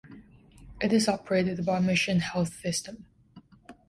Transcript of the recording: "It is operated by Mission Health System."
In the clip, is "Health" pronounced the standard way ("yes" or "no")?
yes